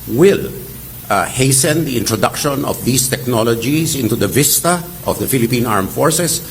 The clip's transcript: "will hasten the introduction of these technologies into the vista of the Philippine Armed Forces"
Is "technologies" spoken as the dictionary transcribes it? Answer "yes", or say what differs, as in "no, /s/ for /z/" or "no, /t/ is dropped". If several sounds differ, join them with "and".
no, /s/ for /z/